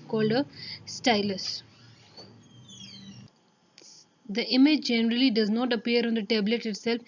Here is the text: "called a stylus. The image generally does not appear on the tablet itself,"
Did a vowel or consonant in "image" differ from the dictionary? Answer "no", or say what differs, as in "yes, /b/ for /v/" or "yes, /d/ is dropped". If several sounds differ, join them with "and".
no